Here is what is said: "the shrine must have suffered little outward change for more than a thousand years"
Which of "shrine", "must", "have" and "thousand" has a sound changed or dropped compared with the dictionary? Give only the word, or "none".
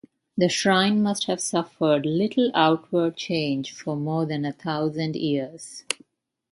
thousand